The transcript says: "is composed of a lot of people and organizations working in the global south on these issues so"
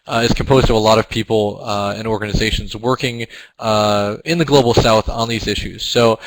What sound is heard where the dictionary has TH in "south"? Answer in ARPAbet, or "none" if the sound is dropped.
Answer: TH